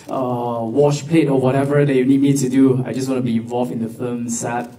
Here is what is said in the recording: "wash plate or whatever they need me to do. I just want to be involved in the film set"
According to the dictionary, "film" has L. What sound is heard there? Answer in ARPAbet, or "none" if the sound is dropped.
none